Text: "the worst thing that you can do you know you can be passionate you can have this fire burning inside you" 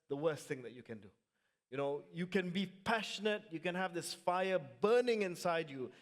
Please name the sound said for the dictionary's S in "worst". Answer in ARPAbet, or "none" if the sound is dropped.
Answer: S